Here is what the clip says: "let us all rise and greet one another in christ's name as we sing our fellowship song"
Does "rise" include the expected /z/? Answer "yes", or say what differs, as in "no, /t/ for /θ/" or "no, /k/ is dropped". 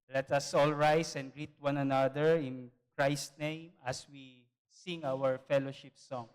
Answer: no, /s/ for /z/